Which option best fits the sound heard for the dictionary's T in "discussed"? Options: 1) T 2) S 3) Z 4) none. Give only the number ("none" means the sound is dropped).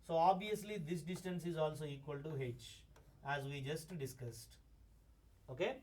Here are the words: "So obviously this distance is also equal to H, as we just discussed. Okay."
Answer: 1